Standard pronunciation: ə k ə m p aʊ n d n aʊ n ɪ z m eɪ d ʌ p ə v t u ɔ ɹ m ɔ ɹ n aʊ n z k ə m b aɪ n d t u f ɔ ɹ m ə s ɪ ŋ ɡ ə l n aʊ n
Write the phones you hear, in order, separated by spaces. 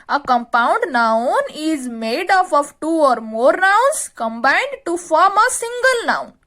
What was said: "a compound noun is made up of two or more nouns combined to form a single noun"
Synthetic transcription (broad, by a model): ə k ə m p aʊ n d n aʊ n ɪ z m eɪ d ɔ f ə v t u ɔ ɹ m ɔ ɹ n aʊ n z k ə m b aɪ n d t u f ɔ ɹ m ə s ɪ ŋ ɡ ə l n aʊ n